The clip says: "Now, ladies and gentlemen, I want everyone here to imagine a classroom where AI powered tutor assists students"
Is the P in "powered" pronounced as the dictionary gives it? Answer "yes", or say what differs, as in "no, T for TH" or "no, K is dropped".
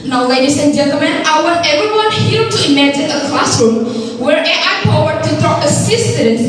no, F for P